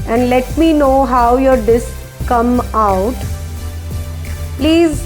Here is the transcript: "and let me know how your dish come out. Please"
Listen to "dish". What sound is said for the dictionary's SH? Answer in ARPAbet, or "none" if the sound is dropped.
S